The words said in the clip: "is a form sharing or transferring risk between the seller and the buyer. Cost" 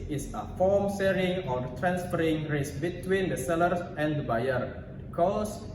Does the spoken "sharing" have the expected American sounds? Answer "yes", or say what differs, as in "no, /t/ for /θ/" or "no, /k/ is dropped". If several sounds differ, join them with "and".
no, /s/ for /ʃ/